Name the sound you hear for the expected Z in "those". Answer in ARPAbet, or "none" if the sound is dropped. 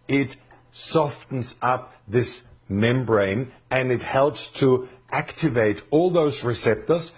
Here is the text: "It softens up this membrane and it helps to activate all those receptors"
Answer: Z